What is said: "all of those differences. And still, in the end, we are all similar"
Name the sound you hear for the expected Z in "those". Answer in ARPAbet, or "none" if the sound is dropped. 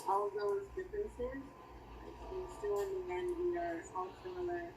Z